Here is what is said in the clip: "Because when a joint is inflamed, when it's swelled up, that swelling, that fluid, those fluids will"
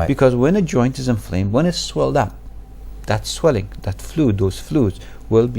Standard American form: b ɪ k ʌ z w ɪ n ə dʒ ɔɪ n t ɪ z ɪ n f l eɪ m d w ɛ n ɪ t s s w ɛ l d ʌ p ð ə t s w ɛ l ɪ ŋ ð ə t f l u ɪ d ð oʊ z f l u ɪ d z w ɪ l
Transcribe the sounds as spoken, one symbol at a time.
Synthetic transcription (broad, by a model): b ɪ k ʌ z w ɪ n ə dʒ ɔɪ n t ɪ z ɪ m f l eɪ m w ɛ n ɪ t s s w ɛ l d ʌ p ð ə t s w ɛ l ɪ ŋ ð ə t f l u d ð oʊ z f l u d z w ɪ l